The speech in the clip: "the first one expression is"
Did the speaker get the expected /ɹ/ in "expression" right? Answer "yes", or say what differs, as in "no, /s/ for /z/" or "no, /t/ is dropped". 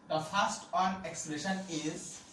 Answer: no, /l/ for /ɹ/